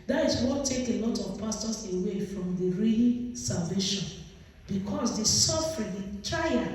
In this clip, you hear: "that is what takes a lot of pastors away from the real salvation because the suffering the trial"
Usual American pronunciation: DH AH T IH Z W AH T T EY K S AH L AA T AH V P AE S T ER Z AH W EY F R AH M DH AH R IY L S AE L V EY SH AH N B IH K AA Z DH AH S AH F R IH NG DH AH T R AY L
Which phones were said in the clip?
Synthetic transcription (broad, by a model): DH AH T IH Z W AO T T EY K AH L AA T AH V P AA S T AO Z AH W EY F R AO M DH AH R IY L S AE L V EY SH AH N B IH K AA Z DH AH S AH F R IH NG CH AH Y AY